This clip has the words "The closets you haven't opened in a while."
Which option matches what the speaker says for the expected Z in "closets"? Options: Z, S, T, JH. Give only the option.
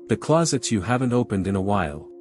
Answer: Z